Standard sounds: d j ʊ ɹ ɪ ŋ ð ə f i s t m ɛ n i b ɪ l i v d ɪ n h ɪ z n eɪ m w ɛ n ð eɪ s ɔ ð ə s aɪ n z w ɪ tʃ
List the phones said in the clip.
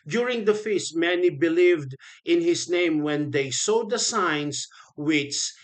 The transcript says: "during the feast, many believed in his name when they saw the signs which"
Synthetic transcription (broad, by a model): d j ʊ ɹ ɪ ŋ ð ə f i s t m ɛ n i b ɪ l i v d ɪ n h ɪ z n eɪ m w ɛ n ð eɪ s ɔ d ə s aɪ n s w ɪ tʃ